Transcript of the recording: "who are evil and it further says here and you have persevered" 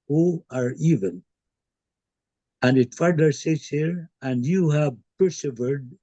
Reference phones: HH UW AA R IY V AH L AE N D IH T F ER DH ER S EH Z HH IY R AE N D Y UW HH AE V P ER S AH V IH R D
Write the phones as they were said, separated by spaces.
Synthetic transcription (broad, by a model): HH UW AA R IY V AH N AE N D IH T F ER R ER S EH S HH IY R AE N D Y UW HH AE V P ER S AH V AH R D